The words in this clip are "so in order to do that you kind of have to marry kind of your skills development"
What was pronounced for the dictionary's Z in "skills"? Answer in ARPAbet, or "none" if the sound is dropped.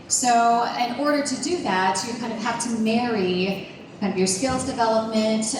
Z